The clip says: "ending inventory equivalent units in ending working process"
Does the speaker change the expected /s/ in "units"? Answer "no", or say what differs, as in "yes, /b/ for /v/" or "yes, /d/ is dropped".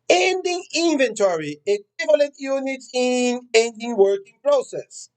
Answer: yes, /s/ is dropped